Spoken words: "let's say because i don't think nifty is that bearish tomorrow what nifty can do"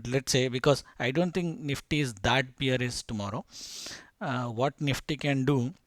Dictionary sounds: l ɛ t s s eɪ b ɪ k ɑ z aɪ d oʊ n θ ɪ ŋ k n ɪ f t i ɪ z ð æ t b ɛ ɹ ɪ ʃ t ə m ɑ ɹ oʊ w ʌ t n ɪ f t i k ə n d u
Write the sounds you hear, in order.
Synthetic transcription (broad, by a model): l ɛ t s s eɪ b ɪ k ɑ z aɪ d oʊ n t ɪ ŋ k n ɪ f t i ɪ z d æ t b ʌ ɹ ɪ s t ə m ɑ ɹ oʊ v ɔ t n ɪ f t i k ə n d u